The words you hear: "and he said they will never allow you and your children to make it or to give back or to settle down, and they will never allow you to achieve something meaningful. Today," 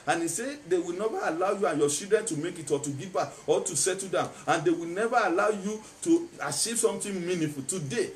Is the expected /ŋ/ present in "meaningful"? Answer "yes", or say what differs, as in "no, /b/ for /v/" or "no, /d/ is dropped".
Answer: no, /ŋ/ is dropped